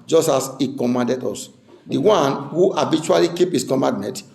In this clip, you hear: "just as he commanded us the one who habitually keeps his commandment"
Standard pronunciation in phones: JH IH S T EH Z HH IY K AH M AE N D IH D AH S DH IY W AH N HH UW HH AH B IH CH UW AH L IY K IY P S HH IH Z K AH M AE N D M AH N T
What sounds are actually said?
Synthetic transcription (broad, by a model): JH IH S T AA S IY K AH M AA N D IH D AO S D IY W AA N HH UW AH B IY CH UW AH L IY K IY P HH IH S K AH M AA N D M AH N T